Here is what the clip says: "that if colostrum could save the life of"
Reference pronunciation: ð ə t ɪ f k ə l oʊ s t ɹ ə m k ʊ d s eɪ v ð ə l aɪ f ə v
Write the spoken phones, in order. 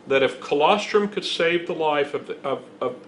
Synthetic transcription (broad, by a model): ð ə t ɪ f k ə l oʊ s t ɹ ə m k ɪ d s eɪ v ð ə l aɪ f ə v